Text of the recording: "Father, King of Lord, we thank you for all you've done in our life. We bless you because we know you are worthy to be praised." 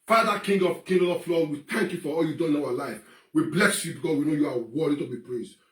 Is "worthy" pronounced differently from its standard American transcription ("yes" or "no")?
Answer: yes